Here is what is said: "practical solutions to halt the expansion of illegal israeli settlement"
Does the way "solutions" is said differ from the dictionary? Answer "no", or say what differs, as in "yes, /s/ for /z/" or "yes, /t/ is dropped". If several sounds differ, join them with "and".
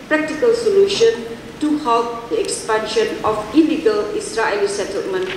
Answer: yes, /z/ is dropped